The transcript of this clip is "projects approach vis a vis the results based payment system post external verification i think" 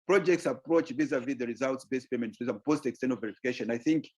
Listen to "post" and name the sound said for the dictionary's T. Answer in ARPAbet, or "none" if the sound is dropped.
T